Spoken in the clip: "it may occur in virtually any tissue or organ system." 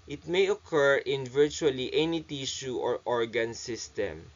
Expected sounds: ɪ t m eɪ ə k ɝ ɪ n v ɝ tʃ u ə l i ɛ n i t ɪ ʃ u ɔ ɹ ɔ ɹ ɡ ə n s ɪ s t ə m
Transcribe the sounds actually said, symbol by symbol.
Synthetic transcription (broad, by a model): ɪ t m eɪ ə k ɝ ɪ n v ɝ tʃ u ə l i ɛ n i t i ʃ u ɔ ɹ ɔ ɹ ɡ ə n s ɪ s t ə m